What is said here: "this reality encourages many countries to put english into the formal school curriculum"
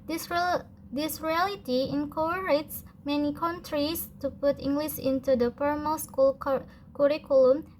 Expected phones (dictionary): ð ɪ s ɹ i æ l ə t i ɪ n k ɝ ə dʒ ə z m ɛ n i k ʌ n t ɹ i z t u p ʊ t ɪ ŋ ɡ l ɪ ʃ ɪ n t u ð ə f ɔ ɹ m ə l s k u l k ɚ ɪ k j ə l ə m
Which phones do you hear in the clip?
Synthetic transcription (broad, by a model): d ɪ s ɹ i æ l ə t i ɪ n k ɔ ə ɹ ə s m ɛ n i k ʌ n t ɹ i s t u p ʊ t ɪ ŋ ɡ l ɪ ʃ ɪ n t u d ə p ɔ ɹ m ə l s k u l k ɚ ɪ k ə l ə m